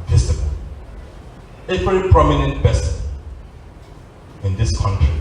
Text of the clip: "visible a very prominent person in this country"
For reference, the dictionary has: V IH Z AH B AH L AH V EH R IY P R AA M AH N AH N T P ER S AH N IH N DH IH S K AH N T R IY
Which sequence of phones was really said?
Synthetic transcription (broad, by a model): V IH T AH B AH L AH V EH R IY P R AA M AH N AH N T B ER S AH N IH N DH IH S K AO N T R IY